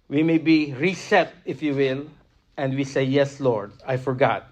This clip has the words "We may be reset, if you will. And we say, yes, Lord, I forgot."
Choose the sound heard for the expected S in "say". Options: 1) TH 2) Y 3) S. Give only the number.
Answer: 3